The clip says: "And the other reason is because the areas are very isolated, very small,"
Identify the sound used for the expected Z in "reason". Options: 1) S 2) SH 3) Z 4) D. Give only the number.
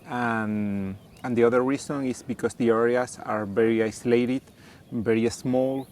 1